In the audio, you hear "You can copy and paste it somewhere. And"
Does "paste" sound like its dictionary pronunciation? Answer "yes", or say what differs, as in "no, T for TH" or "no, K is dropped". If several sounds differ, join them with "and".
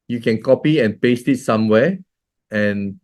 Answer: yes